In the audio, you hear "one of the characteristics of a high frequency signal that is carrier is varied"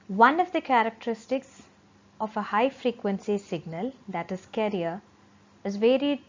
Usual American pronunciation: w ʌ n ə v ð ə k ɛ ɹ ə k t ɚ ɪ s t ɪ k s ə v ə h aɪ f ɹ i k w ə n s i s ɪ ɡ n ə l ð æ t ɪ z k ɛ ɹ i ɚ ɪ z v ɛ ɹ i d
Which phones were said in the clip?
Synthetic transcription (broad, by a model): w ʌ n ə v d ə k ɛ ɹ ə k t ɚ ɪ s t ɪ k s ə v ə h aɪ f ɹ i k w ə n s i s ɪ ɡ n ə l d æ t ɪ z k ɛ ɹ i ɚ ɪ z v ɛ ɹ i d